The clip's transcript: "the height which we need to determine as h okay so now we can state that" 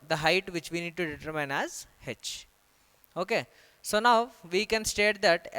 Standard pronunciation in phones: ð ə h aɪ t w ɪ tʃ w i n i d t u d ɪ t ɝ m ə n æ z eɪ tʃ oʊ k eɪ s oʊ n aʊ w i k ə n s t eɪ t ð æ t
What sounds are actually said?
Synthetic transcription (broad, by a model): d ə h aɪ t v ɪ tʃ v i n i d t u d ɪ t ɝ m ə n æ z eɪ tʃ oʊ k eɪ s oʊ n aʊ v i k ə n s t eɪ t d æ t